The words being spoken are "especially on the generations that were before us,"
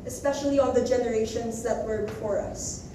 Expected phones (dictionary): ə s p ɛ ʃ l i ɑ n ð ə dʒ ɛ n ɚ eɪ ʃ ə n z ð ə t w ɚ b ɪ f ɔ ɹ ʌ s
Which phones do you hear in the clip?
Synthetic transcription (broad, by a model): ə s p ɛ ʃ l i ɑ n ð ə dʒ ɛ n ɚ eɪ ʃ ə n z ð ə t w ɚ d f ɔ ɹ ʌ s